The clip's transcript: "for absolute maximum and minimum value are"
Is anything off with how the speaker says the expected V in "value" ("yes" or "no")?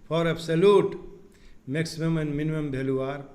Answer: yes